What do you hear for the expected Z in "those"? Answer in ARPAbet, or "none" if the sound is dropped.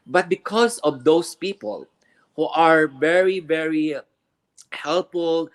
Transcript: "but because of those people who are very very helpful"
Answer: S